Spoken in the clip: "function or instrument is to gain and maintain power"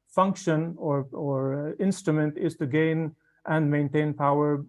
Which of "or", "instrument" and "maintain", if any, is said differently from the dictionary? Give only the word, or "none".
none